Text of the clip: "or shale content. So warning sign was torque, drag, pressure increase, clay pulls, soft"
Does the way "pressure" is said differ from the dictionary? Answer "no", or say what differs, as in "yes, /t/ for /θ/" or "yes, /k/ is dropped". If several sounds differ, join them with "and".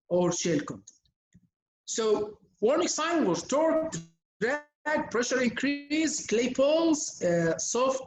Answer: no